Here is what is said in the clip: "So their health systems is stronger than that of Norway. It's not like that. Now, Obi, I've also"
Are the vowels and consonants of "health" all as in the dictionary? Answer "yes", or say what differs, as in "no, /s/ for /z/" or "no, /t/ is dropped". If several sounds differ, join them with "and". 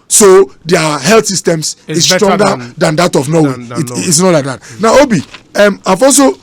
no, /t/ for /θ/